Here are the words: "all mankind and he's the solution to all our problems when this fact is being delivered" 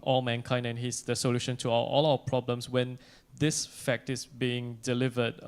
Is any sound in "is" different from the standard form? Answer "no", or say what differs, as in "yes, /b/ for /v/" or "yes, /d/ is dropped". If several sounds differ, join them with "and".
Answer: yes, /s/ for /z/